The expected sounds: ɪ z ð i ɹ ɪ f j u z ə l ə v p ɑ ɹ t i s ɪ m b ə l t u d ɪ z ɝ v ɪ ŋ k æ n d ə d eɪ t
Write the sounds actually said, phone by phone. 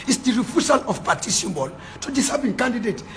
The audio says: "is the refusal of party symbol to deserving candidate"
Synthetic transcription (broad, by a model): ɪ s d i ɹ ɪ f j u s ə l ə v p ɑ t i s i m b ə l t u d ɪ s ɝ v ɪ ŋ k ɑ n d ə d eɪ t